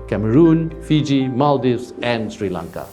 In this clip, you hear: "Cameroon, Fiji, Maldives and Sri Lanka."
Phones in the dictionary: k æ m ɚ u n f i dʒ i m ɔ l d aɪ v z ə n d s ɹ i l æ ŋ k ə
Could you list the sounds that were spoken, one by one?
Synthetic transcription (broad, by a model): k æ m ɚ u n f i dʒ i m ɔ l d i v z ə n d s ɹ i l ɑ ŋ k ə